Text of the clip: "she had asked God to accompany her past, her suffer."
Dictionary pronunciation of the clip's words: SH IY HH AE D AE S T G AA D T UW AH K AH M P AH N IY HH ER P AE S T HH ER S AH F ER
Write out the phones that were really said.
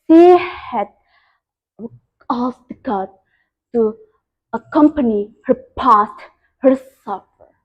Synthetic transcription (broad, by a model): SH IY HH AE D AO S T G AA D T UW AH K AH M P AH N IY HH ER P AE S T HH ER S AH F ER